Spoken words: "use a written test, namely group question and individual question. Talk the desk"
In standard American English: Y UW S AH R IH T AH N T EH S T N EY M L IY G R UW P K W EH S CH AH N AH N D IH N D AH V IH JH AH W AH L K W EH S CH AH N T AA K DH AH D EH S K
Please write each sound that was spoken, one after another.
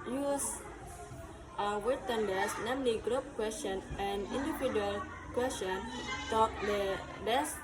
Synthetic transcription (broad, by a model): Y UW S AH W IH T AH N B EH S N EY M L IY G R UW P K W EH S CH AH N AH N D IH N D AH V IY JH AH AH L K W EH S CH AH N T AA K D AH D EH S